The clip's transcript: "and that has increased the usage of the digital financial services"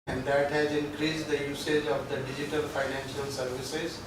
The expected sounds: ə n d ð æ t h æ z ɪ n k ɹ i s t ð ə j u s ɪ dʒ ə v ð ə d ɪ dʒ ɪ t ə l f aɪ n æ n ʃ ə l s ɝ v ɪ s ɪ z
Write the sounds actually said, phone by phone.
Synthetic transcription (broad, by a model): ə n d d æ t h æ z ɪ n k ɹ i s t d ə j u s ɪ dʒ ə v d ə d ɪ dʒ ɪ t ə l f aɪ n æ n ʃ ə l s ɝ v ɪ s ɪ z